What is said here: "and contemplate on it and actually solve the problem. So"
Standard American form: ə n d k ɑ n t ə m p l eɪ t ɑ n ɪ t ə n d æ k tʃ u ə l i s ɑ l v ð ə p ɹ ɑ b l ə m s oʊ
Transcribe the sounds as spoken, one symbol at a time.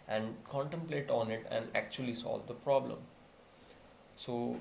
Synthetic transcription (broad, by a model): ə n d k ɑ n t ə m p l eɪ t ɑ n ɪ t ə n d æ k tʃ u ə l i s ɑ l v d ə p ɹ ɑ b l ə m s oʊ